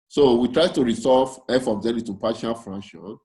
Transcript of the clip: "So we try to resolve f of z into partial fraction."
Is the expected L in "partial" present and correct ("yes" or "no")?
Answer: no